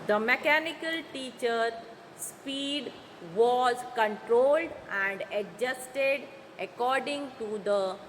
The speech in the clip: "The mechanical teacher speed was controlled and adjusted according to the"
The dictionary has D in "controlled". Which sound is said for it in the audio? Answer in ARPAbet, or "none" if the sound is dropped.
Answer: D